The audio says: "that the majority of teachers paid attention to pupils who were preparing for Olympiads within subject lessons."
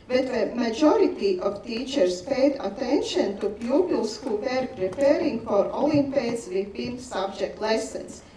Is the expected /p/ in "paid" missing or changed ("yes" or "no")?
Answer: no